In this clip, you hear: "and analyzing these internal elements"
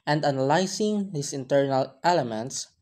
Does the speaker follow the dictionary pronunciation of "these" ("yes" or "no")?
no